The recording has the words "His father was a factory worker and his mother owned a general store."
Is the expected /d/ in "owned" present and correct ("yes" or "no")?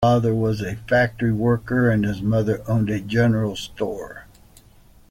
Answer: yes